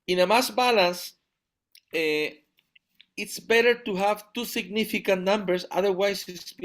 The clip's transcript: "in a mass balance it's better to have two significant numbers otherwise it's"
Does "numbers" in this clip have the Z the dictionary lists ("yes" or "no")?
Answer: no